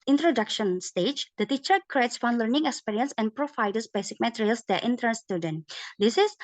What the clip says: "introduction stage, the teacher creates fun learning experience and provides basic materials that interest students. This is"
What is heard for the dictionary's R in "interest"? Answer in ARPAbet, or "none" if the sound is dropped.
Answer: none